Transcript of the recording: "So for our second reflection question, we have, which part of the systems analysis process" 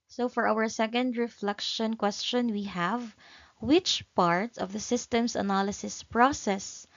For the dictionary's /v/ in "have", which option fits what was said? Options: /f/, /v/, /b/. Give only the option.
/v/